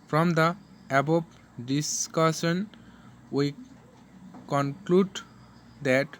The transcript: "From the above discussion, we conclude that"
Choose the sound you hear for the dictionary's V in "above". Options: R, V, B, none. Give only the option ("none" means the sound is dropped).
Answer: B